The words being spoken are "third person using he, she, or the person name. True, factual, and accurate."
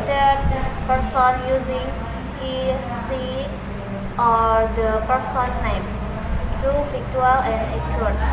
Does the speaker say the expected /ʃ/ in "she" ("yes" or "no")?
no